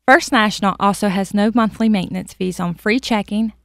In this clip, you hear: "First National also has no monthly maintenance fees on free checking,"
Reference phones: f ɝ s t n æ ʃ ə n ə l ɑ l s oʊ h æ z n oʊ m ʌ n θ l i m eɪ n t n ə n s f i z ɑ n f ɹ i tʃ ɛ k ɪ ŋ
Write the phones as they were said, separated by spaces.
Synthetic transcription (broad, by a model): f ɝ s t n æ ʃ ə n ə l ɑ l s oʊ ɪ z n oʊ m ʌ n θ l i m eɪ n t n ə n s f i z n f ɹ i tʃ ɛ k ɪ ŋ